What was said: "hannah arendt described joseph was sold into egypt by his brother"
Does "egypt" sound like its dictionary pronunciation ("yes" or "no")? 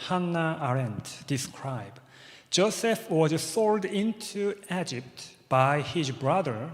yes